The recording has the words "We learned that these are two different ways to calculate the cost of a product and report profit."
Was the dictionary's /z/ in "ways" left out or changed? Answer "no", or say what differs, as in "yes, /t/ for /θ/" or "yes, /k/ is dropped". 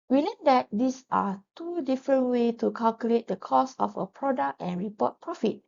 yes, /z/ is dropped